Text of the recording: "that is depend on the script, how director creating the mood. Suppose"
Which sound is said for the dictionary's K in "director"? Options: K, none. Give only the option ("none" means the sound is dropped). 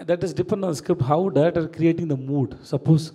none